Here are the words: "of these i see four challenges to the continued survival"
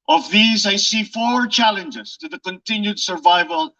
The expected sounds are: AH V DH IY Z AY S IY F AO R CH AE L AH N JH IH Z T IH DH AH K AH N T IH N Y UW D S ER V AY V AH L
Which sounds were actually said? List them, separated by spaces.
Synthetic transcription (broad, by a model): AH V DH IY Z AY S IY F AO R CH AE L AH N JH IH Z T IH DH AH K AH N T IH N Y UW D S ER V AY V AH L